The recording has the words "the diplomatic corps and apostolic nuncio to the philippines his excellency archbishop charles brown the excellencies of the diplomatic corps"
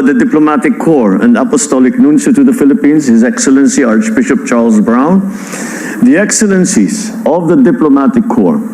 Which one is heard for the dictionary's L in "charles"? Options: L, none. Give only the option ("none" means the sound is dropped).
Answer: L